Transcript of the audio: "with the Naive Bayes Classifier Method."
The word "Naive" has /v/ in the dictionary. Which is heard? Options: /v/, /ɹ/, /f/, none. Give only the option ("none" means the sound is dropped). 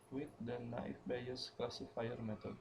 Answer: /f/